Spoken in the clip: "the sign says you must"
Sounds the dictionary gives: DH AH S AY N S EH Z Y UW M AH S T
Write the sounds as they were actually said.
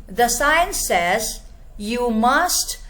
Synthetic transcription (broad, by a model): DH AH S AY N S EH Z Y UW M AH S T